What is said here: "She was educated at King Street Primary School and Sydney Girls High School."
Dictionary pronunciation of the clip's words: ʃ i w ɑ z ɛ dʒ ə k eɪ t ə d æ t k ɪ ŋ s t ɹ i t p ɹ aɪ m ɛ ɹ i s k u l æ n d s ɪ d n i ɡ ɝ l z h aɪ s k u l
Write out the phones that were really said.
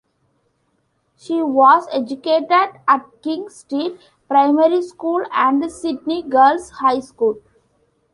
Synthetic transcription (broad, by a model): ʃ i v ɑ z ɛ dʒ ə k eɪ t ə d æ t k ɪ ŋ s t i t p ɹ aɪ m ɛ ɹ i s k u l æ n d s ɪ d n i ɡ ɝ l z h aɪ s k u l